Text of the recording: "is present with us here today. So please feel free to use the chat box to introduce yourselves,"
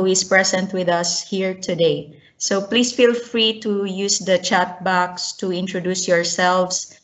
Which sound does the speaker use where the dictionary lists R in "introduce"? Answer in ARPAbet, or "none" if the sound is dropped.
R